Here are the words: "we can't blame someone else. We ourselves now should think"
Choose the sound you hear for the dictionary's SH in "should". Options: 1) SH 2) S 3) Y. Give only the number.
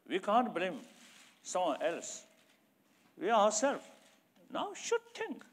1